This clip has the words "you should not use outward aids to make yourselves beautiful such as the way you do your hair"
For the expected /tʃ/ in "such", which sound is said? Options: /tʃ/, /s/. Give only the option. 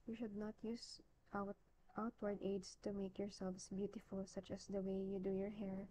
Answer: /tʃ/